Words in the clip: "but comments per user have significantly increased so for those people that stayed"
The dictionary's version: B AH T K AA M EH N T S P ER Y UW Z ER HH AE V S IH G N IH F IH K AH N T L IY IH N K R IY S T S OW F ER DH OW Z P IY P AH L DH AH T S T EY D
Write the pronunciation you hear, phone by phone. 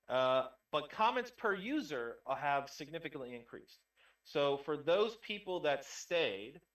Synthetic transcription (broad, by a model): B AH T K AA M EH N T S P ER Y UW Z ER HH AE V S IH G N IH F IH K AH N T L IY IH N K R IY S T S OW F ER DH OW Z P IY P L DH AH T S T EY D